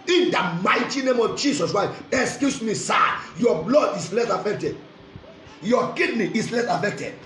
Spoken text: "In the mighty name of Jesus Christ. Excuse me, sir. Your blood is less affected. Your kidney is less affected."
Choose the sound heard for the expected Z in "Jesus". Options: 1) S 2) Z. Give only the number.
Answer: 1